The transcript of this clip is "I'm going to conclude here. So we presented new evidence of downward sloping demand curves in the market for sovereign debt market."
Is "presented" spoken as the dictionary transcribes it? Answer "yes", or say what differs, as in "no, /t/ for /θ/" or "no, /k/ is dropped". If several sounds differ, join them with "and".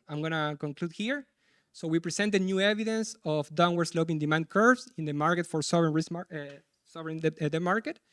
no, /s/ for /z/